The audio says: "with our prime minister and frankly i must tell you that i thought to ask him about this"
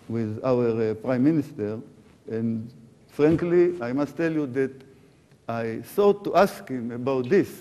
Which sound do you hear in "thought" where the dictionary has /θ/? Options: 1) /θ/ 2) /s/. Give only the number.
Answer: 2